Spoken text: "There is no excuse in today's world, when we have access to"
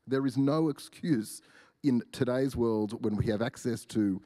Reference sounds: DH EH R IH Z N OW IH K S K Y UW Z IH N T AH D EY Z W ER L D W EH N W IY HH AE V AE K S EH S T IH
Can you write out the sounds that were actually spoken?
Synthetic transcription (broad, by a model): DH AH R IH Z N OW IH K S K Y UW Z IH N T AH D EY Z W ER L D W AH N W IY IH V AE K S EH S T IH